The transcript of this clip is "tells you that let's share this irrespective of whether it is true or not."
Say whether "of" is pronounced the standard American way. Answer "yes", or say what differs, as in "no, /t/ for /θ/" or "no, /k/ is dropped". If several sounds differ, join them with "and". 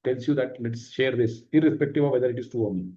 yes